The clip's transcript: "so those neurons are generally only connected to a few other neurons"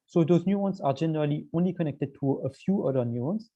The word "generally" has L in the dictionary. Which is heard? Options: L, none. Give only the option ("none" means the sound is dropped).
L